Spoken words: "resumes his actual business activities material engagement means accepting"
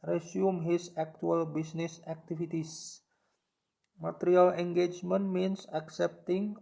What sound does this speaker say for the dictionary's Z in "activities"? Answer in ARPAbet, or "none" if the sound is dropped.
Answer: S